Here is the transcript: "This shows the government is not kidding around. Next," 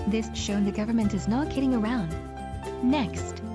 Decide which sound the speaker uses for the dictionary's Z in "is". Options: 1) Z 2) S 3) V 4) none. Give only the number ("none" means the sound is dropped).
1